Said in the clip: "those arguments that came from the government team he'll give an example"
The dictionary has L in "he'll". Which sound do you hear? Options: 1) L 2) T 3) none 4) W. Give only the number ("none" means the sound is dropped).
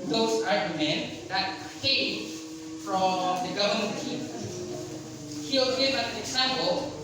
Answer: 4